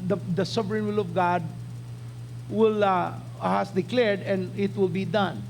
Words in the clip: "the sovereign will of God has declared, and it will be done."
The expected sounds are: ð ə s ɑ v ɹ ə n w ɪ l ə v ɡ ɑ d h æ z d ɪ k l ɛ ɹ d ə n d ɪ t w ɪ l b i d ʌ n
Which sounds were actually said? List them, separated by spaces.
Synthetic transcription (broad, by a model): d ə s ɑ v ɹ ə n w ɪ l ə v ɡ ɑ d h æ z d ɪ k l ɛ ɹ d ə n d ɪ t w ɪ l b i d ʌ n